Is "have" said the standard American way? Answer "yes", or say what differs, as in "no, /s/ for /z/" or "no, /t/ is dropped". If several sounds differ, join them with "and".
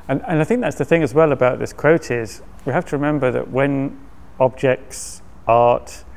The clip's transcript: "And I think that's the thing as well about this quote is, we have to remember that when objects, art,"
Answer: no, /f/ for /v/